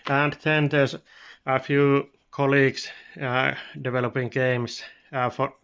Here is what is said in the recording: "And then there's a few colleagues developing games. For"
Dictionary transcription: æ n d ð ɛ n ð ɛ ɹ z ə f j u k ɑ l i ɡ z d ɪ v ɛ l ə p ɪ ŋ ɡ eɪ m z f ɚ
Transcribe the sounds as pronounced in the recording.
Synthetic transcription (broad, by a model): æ n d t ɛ n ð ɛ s ə f j u k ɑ l i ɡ s d ɪ v ɛ l ə p ɪ ŋ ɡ eɪ m s f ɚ